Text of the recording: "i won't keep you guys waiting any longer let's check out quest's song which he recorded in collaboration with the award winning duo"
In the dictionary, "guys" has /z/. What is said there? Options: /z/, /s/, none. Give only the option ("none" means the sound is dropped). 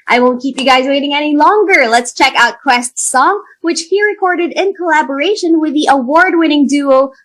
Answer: /z/